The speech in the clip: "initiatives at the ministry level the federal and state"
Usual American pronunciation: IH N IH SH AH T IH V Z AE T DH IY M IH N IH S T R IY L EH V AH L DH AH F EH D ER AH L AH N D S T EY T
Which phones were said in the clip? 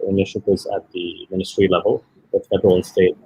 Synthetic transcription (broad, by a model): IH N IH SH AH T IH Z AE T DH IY M IH N IH S T R IY L EH V AH L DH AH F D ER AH W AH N S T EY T